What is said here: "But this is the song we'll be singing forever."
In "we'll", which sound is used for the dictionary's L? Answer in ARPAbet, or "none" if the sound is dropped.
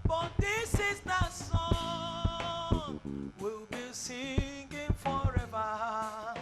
L